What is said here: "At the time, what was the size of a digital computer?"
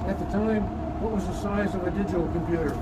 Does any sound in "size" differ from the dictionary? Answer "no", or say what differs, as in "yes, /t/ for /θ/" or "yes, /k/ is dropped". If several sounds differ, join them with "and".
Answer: no